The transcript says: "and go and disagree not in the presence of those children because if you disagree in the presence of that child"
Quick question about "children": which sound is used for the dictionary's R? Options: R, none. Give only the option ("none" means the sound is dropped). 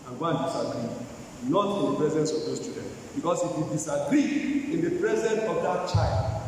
none